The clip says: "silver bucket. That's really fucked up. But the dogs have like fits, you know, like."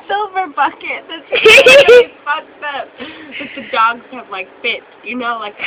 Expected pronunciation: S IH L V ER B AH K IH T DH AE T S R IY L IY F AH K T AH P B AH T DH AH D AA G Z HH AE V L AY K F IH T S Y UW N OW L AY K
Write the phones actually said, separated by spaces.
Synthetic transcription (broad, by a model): S IH L V ER B AH K IH T DH AE T S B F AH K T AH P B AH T DH AH D AA G Z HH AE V L AY K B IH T Y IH N OW L AY K